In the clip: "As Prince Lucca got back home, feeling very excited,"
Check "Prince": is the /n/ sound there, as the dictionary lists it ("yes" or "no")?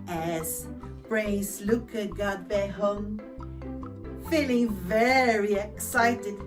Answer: no